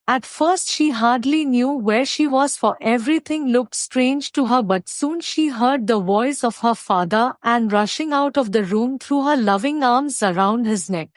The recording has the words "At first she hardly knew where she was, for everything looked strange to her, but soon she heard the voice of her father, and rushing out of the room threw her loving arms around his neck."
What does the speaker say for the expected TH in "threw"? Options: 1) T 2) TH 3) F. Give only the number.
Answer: 1